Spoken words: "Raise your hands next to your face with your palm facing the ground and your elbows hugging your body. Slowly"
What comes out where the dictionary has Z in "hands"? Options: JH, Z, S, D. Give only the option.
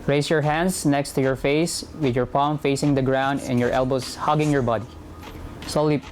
S